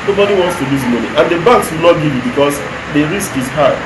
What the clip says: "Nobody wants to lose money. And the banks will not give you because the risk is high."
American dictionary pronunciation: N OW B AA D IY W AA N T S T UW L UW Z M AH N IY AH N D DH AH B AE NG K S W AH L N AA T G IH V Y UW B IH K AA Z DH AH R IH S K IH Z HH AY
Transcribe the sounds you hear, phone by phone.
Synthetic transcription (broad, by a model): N OW B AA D IY W AA N T S T UW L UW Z M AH N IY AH N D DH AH B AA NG K S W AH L N AA T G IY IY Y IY B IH K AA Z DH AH R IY S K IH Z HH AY